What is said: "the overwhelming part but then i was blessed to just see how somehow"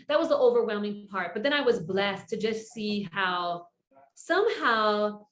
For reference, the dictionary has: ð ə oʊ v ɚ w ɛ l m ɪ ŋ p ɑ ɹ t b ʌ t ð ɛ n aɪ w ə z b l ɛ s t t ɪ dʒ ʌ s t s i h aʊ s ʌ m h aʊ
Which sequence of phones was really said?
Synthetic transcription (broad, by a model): ð ə oʊ v ɚ w ɛ l m ɪ ŋ p ɑ ɹ t b ʌ t ð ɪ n aɪ w ə z b l ɛ s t t ɪ dʒ ʌ s t s i h aʊ s ʌ m h aʊ